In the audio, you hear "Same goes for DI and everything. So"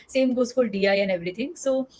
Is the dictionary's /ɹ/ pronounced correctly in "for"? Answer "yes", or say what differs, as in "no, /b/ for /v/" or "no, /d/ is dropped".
no, /l/ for /ɹ/